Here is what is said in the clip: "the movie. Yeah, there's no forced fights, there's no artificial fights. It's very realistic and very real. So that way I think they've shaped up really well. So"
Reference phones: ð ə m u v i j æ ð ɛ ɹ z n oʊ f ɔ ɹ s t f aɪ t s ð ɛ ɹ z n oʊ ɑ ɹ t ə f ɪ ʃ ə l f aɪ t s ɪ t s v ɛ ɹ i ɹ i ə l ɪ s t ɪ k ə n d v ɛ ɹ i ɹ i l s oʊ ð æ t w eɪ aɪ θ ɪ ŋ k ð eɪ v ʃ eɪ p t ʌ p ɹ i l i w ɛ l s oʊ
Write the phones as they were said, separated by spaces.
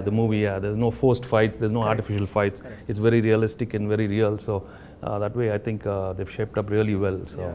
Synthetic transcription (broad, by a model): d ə m u v i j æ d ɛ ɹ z n oʊ f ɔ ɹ s t f aɪ t s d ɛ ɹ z n oʊ ɑ ɹ t ə f ɪ ʃ ə l f aɪ t s ɪ t s v ɛ ɹ i ɹ i ə l ɪ s t ɪ k ə n d v ɛ ɹ i ɹ i l s oʊ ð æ t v eɪ aɪ t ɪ ŋ k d eɪ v ʃ eɪ p t ʌ p ɹ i l i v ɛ l s oʊ